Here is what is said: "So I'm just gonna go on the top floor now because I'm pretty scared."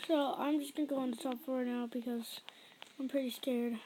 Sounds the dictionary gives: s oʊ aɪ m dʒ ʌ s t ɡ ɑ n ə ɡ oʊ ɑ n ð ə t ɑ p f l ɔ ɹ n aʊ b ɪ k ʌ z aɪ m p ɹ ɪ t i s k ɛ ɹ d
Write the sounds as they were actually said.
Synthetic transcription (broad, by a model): s oʊ aɪ m dʒ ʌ s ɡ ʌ n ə ɡ oʊ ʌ n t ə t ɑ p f ɔ ɹ n aʊ b ɪ k ʌ z aɪ m p ɹ ɪ t i s k ɛ ɹ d